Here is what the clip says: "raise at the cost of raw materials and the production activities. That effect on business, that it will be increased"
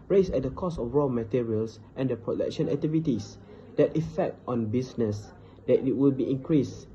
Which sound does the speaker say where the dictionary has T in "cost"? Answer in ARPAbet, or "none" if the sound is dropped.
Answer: none